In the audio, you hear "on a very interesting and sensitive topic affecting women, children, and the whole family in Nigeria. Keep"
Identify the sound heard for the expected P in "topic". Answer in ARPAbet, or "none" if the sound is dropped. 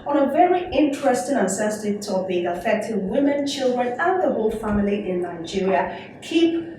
B